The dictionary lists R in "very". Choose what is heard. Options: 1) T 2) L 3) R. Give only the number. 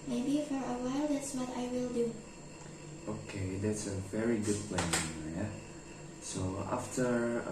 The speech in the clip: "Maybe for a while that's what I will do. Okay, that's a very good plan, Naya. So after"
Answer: 3